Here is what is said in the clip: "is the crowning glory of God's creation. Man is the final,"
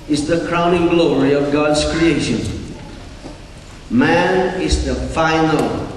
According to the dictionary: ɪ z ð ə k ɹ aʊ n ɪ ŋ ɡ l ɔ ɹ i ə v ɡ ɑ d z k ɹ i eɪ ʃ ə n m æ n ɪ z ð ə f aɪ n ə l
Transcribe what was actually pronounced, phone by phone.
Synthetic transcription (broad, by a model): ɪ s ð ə k ɹ aʊ n ɪ ŋ ɡ l ɔ ɹ i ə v ɡ ɑ d s k ɹ i eɪ ʃ ə n m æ n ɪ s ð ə f aɪ n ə l